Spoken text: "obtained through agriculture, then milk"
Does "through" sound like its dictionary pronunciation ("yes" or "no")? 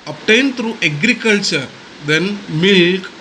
no